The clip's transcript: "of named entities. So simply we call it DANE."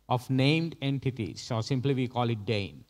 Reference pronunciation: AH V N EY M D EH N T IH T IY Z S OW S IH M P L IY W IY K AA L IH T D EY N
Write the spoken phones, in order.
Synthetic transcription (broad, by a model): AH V N EY M D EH N T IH T IY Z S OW S IH M P L IY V IY K AA L IH T D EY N